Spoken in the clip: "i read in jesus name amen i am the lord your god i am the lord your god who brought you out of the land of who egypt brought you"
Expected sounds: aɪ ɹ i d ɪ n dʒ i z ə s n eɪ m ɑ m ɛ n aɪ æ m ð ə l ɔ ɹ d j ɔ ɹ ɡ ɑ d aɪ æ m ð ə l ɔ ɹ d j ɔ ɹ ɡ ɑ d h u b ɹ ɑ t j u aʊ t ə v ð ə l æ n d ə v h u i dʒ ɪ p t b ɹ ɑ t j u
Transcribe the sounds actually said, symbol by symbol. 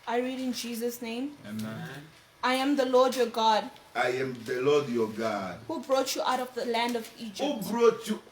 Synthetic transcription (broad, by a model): aɪ ɹ i d ɪ n dʒ i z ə s n eɪ m ɑ ɪ aɪ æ m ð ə l ɔ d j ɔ ɡ ɑ d aɪ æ m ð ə l ɔ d j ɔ ɡ ɑ d h u b ɹ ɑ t j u aʊ t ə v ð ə l æ n d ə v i dʒ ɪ b ɹ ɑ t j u